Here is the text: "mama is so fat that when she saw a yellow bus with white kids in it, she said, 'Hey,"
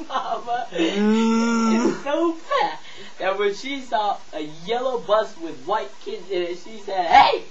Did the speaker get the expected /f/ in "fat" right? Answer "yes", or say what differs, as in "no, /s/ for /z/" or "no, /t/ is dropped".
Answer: no, /p/ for /f/